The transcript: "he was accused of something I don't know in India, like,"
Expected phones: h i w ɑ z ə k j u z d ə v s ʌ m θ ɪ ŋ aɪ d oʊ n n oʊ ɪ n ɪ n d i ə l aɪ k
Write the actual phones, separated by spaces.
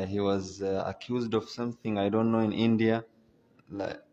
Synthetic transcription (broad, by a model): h i w ɑ z ə k j u z d ə v s ʌ m θ ɪ ŋ aɪ d oʊ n n oʊ ɪ n ɪ n d i ə l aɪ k